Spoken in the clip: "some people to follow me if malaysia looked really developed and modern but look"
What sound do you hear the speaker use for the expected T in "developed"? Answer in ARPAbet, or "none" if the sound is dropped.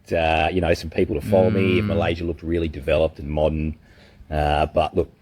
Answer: T